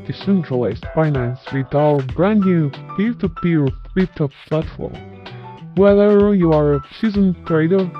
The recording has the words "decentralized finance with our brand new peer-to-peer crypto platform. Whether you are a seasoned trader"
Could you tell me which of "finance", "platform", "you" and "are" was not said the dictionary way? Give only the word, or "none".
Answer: platform